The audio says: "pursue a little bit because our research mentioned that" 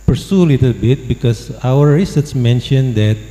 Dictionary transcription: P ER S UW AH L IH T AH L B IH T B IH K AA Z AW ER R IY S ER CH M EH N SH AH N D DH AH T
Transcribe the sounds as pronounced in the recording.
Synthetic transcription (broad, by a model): P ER S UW L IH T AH L B IH T B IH K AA S AW ER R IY S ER S M EH N SH AH N D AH T